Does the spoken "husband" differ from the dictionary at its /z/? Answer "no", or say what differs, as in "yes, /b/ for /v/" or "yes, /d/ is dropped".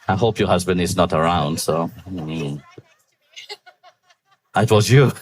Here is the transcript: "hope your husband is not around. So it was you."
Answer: no